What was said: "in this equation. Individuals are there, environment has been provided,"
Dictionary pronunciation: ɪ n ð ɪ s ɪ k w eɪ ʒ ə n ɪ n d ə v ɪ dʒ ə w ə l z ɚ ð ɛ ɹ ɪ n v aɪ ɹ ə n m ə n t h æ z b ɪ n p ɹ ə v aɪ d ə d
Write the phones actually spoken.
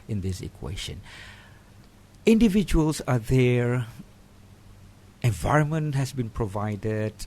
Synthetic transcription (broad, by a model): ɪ n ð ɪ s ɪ k w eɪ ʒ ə n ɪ n d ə v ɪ dʒ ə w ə l s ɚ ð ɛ ɹ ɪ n v aɪ ɹ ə n m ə n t h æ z b ɪ n p ɹ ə v aɪ d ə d